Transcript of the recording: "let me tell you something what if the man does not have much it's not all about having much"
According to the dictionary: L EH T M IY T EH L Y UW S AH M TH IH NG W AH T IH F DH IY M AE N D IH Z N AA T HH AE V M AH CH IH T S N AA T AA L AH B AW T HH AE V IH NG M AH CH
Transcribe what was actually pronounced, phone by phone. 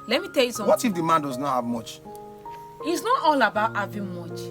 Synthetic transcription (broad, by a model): L EH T M IY T EH L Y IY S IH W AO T IH F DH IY M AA N D IH Z N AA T HH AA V M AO CH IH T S N AA T AA L AH B AW T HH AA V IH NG M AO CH